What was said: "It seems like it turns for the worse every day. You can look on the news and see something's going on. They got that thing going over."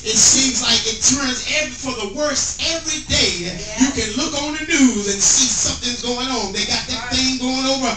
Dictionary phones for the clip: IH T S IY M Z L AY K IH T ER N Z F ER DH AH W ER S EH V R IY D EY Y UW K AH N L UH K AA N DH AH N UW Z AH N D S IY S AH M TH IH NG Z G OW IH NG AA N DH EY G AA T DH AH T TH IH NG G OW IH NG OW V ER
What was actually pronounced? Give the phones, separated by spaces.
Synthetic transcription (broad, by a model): IH T S IY M Z L AY K IH T ER N Z F ER DH AH W ER S EH V R IY D EY Y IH K AH N L UH K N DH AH N UW Z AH N S IY S AH M TH IH NG Z G OW IH NG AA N DH EY G AA T DH AH T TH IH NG G OW IH NG OW V ER